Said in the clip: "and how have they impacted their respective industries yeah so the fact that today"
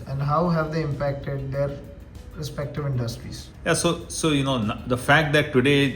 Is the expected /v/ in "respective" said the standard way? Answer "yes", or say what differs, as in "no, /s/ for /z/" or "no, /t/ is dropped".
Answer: yes